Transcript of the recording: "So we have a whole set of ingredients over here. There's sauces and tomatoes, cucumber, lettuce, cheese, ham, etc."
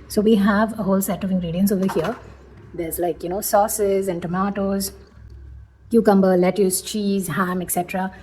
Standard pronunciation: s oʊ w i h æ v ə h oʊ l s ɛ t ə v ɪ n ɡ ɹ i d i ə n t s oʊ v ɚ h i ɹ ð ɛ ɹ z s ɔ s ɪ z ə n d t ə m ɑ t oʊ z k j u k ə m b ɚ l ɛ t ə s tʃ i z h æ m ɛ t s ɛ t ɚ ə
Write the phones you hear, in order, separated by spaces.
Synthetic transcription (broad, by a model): s oʊ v i h æ v ə h oʊ l s ɛ t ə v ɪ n ɡ ɹ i d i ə n s oʊ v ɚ h i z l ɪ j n s ɔ s ɪ z ə n d t ə m ɑ t oʊ z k j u k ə m b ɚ l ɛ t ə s tʃ i z h æ m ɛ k s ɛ t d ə